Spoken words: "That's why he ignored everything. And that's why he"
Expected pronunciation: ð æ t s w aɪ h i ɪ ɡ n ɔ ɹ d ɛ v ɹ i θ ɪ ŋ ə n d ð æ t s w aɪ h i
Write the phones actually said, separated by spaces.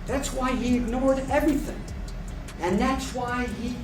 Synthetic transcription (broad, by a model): ð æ t s w aɪ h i ɪ ɡ n ɔ ɹ d ɛ v ɹ i θ ɪ ŋ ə n ð æ t s w aɪ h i